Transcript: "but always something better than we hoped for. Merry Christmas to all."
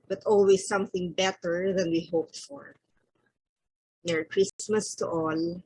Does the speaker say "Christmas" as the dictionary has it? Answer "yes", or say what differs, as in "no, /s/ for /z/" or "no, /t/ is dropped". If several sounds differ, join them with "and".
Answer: yes